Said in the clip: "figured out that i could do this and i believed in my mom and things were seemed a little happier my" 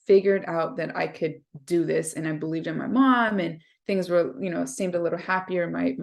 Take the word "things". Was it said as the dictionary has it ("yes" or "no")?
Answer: yes